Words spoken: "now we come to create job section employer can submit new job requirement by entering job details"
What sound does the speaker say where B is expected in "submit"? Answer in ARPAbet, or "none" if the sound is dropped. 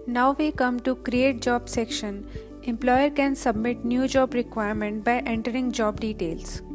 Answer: B